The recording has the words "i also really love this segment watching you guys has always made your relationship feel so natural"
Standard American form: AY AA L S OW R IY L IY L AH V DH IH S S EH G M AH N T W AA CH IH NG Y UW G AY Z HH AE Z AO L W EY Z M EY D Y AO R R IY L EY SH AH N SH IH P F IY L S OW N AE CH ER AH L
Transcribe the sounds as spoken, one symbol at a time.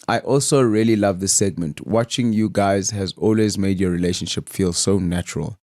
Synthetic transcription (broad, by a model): AY AA L S OW R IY L IY L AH V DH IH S S EH G M AH N T W AA CH IH NG Y UW G AY Z HH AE Z AO L W EY Z M EY D Y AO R R IY L EY SH AH N SH IH P F IY L S OW N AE CH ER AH L